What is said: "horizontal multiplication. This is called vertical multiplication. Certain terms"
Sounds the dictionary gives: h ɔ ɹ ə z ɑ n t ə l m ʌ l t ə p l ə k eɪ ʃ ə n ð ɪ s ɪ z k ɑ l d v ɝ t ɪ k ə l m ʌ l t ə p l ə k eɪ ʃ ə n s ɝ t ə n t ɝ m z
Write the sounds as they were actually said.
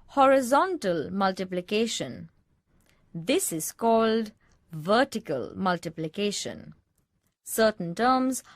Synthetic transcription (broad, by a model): h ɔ ɹ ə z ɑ n t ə l m ʌ l t ə p l ə k eɪ ʃ ə n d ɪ s ɪ z k ɑ l d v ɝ t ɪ k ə l m ʌ l t ə p l ə k eɪ ʃ ə n s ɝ t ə n t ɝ m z